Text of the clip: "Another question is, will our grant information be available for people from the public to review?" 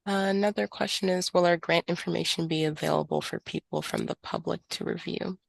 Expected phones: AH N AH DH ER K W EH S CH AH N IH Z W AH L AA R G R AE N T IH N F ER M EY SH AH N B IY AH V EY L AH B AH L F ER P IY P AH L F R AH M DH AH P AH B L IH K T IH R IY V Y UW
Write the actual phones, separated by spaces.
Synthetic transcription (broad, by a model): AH N AH DH ER K W EH S CH AH N IH Z W AH L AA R G R AE N T IH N F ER M EY SH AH N B IY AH V EY L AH B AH L F ER P IY P L F R AH M DH AH P AH B L IH K T IH R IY V Y UW